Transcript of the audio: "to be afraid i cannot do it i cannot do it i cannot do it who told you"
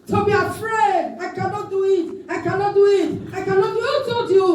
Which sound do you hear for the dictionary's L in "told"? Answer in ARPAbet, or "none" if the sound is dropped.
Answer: none